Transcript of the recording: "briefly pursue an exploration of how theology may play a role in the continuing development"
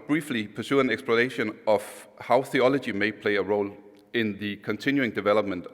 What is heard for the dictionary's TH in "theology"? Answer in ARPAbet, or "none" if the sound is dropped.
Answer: TH